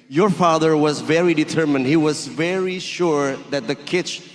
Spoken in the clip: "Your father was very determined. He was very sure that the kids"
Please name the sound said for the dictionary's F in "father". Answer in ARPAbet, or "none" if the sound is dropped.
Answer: F